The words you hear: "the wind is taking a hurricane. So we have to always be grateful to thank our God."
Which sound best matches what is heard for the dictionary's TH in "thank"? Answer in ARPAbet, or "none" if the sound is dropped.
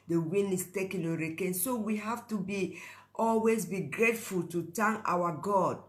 T